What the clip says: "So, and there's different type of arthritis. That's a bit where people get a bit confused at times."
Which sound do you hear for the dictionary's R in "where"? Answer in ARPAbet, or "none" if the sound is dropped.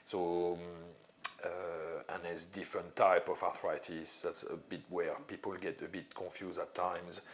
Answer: R